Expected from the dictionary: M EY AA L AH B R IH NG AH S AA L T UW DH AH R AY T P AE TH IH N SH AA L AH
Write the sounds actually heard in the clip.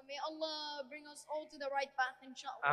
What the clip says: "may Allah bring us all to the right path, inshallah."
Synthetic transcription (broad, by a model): M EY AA L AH B R IH NG AH S AA L T UW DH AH R AY T B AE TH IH N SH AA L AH